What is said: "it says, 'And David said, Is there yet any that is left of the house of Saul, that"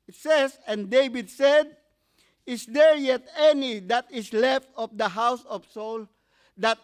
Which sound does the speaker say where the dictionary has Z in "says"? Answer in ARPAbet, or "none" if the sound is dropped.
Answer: S